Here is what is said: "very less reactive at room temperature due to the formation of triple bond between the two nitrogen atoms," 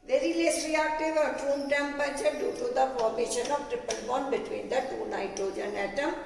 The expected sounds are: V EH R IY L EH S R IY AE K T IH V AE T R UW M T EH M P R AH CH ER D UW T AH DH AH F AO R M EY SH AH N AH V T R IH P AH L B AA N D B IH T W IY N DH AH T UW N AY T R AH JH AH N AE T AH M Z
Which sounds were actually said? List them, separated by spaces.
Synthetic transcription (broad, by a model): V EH R IY L EH S R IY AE K T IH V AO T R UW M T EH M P AH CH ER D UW T AH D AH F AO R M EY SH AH N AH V T R IH P AH L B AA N B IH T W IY N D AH T UW N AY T AH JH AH N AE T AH M